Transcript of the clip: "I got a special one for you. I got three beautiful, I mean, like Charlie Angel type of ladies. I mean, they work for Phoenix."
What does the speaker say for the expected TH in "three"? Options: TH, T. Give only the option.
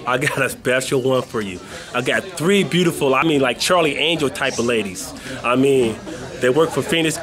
TH